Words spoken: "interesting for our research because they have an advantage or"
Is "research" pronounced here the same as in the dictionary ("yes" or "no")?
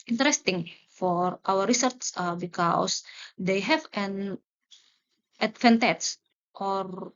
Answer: no